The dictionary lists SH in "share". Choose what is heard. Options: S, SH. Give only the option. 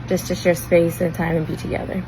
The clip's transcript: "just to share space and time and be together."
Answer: S